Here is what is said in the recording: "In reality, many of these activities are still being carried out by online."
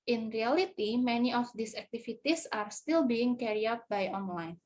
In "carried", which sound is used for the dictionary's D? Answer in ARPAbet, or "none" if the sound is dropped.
none